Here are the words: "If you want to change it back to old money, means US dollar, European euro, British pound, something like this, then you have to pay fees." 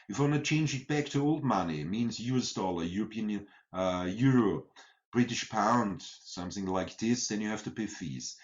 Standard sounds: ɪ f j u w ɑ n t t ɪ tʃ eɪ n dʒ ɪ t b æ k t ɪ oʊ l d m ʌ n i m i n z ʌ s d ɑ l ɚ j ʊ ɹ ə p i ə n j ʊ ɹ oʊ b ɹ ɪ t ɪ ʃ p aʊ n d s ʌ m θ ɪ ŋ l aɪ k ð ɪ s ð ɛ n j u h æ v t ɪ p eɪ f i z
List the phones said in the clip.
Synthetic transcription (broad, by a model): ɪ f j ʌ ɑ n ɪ tʃ eɪ n dʒ ɪ t b æ k t ɪ oʊ l d m ʌ n i m i n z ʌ s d ɑ l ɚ j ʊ ɹ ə p i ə n j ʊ ɹ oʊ b ɹ ɪ t ɪ ʃ p aʊ n d s ʌ m θ ɪ ŋ l aɪ k ð ɪ s ð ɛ n j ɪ h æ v t ɪ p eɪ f i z